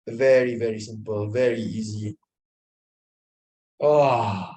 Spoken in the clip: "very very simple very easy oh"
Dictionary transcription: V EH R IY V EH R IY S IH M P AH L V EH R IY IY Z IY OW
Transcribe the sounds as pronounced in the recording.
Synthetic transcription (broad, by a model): V EH R IY V EH R IY S IH M P AH L V EH R IY IY Z IY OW